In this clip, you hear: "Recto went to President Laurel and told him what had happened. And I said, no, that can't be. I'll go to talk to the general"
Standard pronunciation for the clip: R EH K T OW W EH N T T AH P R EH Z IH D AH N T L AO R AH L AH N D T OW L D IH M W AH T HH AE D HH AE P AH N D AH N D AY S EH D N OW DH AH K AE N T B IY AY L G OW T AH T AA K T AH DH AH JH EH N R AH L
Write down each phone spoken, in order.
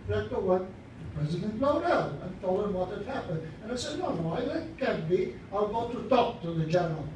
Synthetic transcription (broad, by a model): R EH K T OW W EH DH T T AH P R EH Z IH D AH N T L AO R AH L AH N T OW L IH M W AH T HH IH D HH AE P AH N D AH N AY S EH D N OW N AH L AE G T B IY AY L G OW T AH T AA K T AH DH AH JH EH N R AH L